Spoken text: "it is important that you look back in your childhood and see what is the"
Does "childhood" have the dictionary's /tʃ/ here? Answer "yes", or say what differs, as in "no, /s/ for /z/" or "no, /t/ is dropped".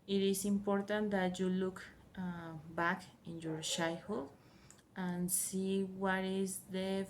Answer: no, /ʃ/ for /tʃ/